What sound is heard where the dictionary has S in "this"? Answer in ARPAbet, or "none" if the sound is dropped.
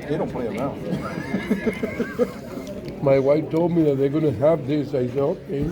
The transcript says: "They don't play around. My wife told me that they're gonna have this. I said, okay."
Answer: S